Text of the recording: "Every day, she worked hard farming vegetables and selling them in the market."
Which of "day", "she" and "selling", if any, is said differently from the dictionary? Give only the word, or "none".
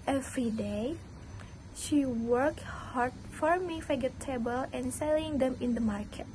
none